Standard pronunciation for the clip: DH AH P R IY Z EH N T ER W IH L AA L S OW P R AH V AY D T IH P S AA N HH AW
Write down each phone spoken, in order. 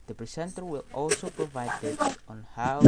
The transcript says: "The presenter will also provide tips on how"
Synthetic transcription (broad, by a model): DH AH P R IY S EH N T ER W IH L AA L S OW P R AH V AY D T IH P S AA N HH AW